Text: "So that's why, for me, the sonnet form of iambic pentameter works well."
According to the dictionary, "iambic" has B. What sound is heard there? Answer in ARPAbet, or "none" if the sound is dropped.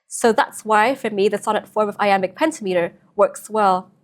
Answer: none